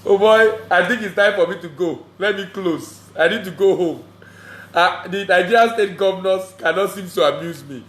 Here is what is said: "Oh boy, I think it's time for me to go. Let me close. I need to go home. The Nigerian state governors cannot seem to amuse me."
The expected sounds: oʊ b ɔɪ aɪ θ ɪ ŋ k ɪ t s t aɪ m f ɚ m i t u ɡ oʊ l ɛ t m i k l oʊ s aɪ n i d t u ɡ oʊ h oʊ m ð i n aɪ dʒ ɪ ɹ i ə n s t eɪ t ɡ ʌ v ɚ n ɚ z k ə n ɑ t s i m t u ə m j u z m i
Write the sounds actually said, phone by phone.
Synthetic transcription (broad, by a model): oʊ b ɔɪ aɪ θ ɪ ŋ k ɪ t s t aɪ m f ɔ m i t u ɡ oʊ l ɛ t m i k l oʊ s aɪ n i d t u ɡ oʊ h oʊ m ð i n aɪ ɪ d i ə s t eɪ t ɡ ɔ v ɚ n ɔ s k ə n ɑ t s i m t u ə m j u z m i